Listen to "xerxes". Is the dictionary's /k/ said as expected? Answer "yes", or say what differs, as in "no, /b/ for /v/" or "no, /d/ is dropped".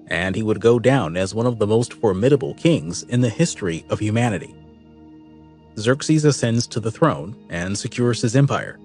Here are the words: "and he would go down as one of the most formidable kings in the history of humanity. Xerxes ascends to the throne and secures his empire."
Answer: yes